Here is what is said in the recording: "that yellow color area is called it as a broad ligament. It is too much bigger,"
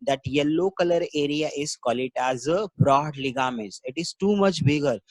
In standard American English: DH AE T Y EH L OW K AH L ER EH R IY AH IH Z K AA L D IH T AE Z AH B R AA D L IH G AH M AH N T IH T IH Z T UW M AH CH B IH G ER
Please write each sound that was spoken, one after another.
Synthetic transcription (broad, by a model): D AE T Y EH L OW K AH L ER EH R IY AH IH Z K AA L IH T AE Z AH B R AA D L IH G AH M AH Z IH T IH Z T UW M AH CH B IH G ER